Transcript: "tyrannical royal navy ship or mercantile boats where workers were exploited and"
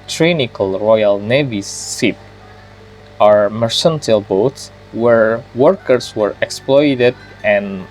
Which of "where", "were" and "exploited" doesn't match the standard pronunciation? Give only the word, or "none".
none